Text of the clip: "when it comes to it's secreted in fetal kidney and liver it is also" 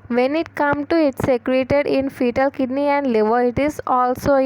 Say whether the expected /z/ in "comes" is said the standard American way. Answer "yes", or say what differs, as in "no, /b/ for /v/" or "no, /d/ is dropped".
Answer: no, /z/ is dropped